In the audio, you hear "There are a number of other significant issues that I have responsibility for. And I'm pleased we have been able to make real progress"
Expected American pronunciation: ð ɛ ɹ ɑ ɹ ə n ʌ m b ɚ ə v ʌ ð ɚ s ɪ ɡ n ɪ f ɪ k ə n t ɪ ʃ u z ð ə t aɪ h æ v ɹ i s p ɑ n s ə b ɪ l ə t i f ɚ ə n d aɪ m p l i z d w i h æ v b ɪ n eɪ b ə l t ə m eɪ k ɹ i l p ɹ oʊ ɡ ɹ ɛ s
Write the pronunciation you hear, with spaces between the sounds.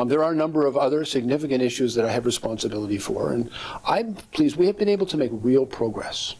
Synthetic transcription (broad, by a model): ð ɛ ɹ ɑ ɹ ə n ʌ m b ɚ ə v ʌ ð ɚ s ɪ ɡ n ɪ f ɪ k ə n t ɪ ʃ u z ð ə t aɪ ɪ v ɹ i s p ɑ n s ə b ɪ l ə t i f ɚ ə n aɪ p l i z w i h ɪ v b ɪ n eɪ b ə l t ə m eɪ k ɹ i l p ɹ oʊ ɡ ɹ ɛ s